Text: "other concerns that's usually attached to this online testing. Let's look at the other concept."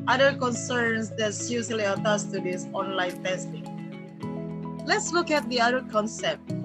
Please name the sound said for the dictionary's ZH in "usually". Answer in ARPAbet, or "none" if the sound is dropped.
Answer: S